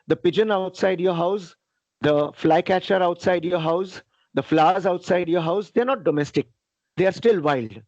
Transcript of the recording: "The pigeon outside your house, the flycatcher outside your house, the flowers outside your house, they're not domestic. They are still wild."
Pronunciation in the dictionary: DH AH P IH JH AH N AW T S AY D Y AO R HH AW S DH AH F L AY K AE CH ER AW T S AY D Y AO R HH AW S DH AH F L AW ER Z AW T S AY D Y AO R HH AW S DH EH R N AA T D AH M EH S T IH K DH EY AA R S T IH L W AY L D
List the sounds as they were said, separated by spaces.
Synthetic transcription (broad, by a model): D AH P IH JH AH N AW T S AY D Y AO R HH AW S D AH F L AY K AE CH ER AW T S AY D Y AO R HH AW S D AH F L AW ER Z AW T S AY D Y AO R HH AW S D EH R N AA T D AH M EH S T IH K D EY AA R S T IH L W AY L D